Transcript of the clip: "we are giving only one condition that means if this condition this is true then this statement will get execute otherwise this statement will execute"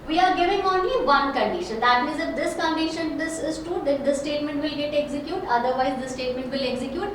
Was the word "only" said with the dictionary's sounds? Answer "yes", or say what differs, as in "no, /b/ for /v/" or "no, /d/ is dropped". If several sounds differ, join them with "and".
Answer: no, /l/ is dropped